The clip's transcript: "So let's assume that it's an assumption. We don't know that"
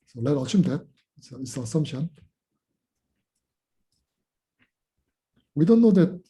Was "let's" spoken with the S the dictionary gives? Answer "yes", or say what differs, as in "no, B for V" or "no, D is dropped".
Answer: no, S is dropped